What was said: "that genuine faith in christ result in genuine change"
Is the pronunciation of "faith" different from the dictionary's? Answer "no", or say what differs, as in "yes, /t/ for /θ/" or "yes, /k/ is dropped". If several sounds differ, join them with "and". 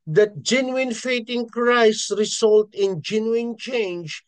yes, /t/ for /θ/